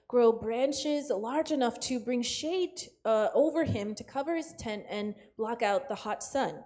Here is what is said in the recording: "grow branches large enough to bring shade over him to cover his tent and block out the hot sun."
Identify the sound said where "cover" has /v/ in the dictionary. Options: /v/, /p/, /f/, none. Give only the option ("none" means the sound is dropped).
/v/